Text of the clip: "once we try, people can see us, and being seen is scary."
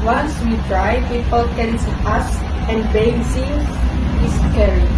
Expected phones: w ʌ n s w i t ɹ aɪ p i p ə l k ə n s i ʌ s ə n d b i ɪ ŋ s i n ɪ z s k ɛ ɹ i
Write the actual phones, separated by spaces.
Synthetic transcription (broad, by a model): w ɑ n s w i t ɹ aɪ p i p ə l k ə n s i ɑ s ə n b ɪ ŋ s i ɪ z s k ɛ ɹ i